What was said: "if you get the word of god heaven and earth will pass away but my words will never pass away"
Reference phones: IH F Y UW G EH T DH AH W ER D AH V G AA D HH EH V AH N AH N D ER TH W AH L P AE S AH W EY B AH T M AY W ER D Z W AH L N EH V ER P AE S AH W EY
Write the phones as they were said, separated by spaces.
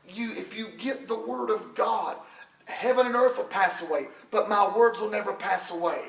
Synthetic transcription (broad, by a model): IH F Y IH G EH T DH AH W ER D AH V G AA D HH EH V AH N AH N ER TH W AH L P AE S AH W EY B AH T M AY W ER D Z W AH L N EH V ER P AE S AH W EY